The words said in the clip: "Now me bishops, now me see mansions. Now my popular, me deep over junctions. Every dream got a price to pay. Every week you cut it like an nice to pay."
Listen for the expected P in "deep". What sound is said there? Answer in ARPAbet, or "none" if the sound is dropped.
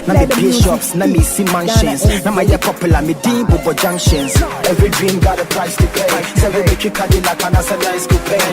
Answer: B